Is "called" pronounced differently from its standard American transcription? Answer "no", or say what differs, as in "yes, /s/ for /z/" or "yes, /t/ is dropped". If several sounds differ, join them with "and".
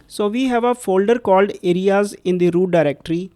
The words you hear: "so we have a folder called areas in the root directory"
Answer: no